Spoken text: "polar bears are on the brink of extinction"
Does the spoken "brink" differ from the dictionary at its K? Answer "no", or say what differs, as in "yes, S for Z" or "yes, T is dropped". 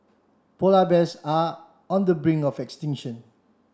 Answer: yes, K is dropped